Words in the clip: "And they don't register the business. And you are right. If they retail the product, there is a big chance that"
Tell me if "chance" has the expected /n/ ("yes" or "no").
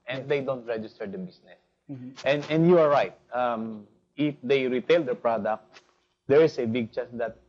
no